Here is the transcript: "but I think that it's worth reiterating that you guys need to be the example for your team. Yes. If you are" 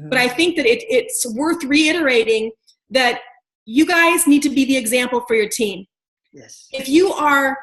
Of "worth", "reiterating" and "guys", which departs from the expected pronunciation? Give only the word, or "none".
none